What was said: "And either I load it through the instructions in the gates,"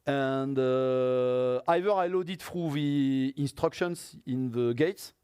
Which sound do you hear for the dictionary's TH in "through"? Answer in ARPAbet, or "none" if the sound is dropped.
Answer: F